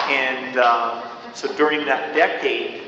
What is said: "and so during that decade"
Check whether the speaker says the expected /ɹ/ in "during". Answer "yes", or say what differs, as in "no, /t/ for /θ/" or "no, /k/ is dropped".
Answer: yes